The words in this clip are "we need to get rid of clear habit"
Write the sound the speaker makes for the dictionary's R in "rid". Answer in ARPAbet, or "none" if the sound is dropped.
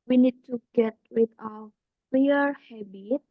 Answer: W